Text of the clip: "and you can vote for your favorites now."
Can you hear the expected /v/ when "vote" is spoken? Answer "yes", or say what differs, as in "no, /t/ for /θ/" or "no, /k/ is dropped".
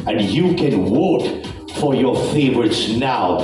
no, /w/ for /v/